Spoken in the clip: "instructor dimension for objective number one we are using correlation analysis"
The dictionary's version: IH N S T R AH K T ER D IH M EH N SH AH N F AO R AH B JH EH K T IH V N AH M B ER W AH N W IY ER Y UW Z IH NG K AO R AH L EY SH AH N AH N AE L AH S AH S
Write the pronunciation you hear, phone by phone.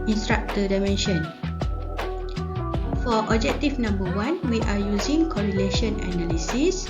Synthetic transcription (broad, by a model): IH N S T R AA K T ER D IH M EH N SH AH N F AO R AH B JH EH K T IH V N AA M B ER W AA N W IY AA Y UW Z IH NG K AO R AH L EY SH AH N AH N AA L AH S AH S